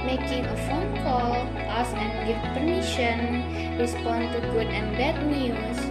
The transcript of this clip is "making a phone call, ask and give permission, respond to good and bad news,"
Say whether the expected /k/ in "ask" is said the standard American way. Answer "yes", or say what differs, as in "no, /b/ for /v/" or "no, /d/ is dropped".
no, /k/ is dropped